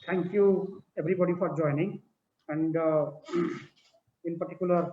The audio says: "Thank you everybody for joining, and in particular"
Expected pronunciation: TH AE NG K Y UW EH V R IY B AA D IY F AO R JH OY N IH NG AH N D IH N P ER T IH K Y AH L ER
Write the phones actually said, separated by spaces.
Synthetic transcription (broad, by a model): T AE NG K Y UW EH B R IY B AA D IY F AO R JH OY N IH NG AH N D IH N P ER T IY K Y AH L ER